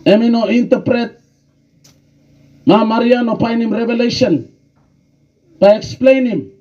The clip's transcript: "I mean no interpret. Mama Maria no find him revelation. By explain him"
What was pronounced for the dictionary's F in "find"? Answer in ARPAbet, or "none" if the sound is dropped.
P